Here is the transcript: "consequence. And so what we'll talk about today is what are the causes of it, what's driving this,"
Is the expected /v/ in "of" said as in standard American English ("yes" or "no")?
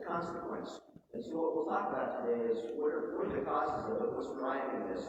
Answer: no